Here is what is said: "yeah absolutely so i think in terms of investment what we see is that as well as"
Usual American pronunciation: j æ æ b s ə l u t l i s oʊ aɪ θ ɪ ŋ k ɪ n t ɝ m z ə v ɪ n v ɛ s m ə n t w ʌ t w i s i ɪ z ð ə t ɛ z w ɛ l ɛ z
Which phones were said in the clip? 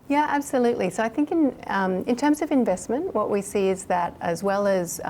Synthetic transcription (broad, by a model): j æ æ b s ə l u t l i s oʊ aɪ θ ɪ ŋ k ɪ n t ɝ m z ə v ɪ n v ɛ s m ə n t w ʌ t w i s i ɪ z ð ə t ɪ z w ɛ l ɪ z